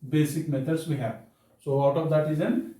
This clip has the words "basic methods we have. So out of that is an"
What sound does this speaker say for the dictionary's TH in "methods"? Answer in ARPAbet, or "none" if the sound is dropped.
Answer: T